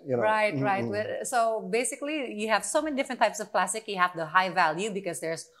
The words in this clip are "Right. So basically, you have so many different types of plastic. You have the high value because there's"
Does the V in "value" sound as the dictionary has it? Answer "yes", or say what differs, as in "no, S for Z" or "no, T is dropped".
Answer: yes